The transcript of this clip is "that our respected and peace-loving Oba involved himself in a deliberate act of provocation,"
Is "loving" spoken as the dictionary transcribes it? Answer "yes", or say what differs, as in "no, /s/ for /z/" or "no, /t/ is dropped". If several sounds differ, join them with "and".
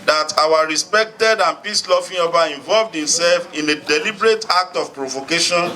no, /f/ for /v/